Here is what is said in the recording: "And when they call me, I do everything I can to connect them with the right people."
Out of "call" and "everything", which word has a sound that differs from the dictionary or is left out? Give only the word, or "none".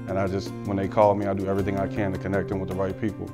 none